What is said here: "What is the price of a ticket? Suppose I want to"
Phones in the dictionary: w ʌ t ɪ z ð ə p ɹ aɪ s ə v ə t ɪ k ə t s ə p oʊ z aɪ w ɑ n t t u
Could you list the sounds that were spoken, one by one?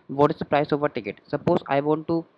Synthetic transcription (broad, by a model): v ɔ t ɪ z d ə p ɹ aɪ s ə v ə t ɪ k ə t s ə p oʊ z aɪ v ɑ n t t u